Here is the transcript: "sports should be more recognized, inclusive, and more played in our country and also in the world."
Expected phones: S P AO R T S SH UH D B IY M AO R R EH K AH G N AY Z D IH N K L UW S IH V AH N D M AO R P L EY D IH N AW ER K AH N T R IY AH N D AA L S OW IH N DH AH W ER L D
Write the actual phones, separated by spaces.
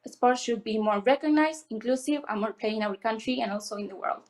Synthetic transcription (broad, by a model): S P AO R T SH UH D B IY M AO R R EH K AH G N AY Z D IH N K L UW S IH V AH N M AO R P EY IH N AW ER K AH N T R IY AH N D AA L S OW IH N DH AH W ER L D